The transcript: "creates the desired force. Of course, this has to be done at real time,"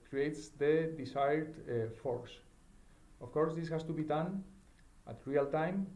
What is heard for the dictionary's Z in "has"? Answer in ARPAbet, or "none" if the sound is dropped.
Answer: S